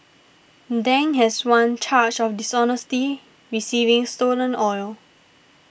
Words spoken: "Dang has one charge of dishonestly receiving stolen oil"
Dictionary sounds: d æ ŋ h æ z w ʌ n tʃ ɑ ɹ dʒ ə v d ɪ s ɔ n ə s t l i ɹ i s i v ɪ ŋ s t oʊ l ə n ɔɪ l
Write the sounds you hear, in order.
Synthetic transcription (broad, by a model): d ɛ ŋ h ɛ s w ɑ n tʃ ɑ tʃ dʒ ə f d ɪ s ɔ n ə s t i ɹ i s i v ɪ ŋ s t oʊ l ə n ɔɪ l